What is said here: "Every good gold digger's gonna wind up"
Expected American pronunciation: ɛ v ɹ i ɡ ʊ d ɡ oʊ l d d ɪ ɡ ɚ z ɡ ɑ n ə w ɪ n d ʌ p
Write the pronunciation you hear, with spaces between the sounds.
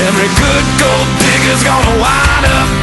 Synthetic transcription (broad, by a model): ɛ v ɹ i ɡ ʊ d ɡ oʊ l d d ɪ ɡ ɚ z ɡ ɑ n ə w ɪ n ʌ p